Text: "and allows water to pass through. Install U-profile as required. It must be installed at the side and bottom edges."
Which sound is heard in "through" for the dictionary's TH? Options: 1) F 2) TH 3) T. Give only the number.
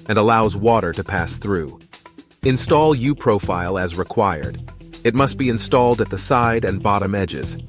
2